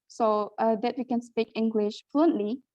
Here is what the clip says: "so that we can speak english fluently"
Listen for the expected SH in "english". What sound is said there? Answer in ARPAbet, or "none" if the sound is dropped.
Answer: SH